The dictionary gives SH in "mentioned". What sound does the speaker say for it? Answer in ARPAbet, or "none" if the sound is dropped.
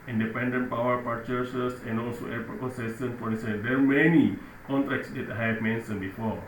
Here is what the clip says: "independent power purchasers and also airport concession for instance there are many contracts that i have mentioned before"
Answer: S